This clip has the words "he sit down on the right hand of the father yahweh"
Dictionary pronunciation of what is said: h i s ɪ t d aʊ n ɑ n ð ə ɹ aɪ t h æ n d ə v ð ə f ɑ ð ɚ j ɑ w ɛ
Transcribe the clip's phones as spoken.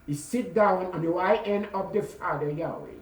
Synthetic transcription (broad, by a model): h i s ɪ t d aʊ n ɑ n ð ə w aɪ t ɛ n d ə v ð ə f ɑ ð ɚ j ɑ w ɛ